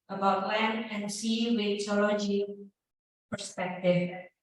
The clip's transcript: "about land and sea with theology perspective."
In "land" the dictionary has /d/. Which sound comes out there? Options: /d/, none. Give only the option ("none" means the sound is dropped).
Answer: none